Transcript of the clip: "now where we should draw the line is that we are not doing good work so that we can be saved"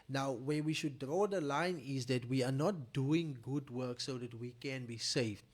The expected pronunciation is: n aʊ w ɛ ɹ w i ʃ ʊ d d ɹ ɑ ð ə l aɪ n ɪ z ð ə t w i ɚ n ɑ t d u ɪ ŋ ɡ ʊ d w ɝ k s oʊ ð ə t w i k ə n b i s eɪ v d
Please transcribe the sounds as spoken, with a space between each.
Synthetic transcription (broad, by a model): n aʊ w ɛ w i ʃ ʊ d d ɹ ɑ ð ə l aɪ n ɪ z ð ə t w i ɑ n ɑ t d u ɪ ŋ ɡ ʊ d w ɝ k s oʊ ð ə t w i k ə n b i s eɪ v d